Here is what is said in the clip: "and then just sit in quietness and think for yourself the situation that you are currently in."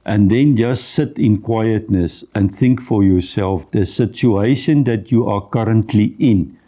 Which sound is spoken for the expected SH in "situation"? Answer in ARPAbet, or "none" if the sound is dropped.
SH